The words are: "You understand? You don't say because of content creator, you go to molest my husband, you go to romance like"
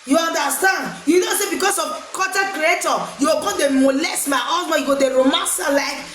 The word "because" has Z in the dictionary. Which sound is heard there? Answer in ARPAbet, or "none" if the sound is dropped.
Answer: S